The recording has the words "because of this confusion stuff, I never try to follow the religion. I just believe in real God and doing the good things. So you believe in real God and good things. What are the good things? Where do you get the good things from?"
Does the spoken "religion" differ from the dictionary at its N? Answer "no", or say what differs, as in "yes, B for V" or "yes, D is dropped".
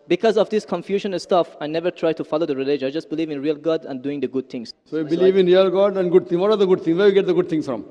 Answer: yes, N is dropped